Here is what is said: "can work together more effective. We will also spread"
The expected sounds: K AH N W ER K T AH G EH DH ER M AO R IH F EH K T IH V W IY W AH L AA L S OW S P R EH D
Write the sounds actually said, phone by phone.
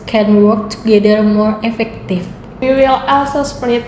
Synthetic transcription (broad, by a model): K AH N W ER K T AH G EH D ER M AO R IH F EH K T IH F W IY W AH L AA L S OW S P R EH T